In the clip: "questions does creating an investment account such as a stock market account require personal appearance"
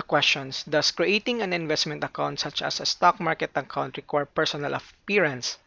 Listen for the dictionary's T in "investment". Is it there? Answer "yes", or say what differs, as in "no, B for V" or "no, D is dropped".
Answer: yes